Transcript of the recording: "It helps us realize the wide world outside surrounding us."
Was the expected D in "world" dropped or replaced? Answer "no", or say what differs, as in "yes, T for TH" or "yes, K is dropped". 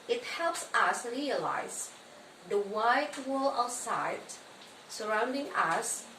yes, D is dropped